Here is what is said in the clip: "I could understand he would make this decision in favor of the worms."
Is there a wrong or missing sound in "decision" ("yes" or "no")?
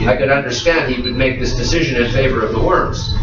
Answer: no